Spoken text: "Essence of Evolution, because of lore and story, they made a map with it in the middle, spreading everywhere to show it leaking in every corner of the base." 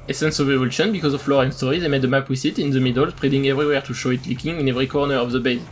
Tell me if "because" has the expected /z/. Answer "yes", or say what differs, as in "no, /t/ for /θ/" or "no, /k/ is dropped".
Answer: yes